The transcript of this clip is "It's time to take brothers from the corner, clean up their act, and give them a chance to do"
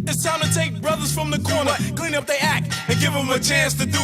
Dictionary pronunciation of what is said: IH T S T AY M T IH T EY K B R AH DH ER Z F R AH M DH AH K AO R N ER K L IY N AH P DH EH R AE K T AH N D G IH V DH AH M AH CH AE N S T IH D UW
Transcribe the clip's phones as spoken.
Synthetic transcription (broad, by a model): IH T S T AY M T IH T EY K B R AH DH ER Z F R AH M DH AH K AO R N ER K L IY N AH P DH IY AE K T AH N G IH V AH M AH CH AE N S T IH D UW